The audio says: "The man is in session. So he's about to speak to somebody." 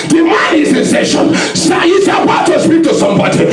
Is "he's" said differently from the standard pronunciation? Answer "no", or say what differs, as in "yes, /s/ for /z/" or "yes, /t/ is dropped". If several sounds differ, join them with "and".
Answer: yes, /s/ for /z/